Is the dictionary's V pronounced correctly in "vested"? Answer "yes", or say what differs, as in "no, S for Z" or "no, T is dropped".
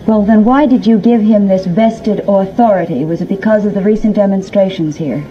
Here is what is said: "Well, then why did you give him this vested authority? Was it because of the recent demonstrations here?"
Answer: yes